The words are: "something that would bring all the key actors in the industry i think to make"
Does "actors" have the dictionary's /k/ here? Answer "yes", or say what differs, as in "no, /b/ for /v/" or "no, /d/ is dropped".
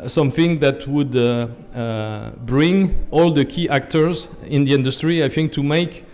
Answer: yes